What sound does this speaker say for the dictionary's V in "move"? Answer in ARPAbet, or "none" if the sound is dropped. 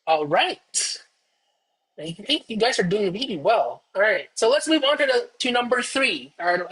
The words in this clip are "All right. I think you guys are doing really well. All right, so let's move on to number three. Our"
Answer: V